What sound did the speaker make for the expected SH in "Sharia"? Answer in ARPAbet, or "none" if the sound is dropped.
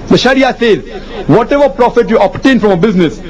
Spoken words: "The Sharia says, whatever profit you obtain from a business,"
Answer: SH